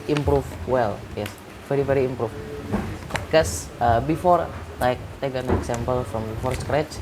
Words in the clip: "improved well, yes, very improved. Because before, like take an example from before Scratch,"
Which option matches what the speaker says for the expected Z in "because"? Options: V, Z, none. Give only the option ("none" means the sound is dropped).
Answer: none